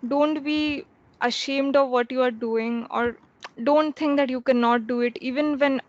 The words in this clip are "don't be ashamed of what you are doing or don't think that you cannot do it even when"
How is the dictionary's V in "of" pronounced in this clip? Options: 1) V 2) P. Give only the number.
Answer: 1